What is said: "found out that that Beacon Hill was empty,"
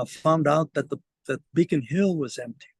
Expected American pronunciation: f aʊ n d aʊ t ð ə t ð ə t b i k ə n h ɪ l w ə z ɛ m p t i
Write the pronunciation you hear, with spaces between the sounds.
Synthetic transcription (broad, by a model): f aʊ n d aʊ t ð ə t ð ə t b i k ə n h ɪ l w ə z ɛ m p t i